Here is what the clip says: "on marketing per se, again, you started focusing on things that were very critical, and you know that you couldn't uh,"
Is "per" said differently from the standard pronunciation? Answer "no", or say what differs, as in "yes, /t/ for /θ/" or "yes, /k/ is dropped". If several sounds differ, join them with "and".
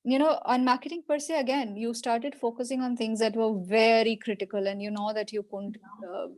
no